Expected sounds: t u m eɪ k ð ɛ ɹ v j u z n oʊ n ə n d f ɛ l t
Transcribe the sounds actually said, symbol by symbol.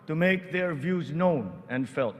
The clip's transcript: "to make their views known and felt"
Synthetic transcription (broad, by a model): t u m eɪ k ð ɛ ɹ v j u z n oʊ n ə n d f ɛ l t